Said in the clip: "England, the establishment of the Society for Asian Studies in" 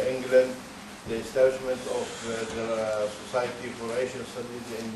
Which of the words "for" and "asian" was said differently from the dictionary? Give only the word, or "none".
asian